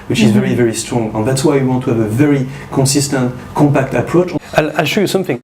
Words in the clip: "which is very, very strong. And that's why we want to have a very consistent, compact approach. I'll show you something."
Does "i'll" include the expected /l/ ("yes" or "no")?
yes